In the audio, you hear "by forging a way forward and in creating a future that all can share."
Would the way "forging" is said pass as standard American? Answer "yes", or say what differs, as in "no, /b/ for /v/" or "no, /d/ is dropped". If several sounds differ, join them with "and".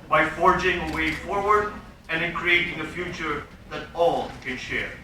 yes